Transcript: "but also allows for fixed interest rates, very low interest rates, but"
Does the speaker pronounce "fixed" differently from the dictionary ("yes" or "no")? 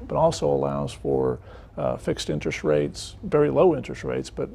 no